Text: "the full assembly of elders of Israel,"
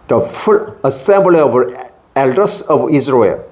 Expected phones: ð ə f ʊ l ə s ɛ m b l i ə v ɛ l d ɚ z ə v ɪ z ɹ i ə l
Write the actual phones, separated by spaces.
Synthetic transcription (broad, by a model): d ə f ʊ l ə s ɛ m b l i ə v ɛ l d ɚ s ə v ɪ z ɹ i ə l